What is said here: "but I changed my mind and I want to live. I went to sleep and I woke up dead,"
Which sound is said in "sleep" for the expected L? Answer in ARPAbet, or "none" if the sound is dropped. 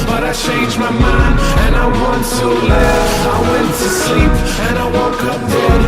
L